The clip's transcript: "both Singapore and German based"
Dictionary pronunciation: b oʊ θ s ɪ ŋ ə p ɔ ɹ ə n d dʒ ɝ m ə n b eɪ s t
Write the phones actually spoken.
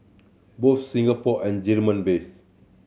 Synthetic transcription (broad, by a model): b oʊ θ s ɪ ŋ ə p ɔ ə n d dʒ ɝ m ə n b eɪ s